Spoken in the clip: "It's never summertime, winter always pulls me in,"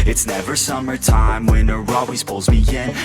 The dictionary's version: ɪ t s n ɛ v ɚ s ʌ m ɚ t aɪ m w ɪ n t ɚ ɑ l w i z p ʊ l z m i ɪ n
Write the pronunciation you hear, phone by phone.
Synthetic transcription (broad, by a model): ɪ t s n ɛ v ɚ s ʌ m ɚ t aɪ m w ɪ n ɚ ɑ w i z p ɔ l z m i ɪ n